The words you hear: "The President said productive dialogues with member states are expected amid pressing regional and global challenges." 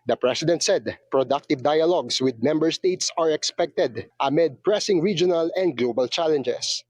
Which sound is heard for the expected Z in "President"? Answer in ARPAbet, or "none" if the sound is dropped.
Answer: S